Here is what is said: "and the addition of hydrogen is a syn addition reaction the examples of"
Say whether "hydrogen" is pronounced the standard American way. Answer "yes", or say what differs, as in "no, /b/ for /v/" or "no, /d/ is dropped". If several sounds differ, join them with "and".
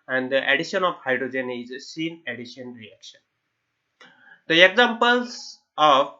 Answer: yes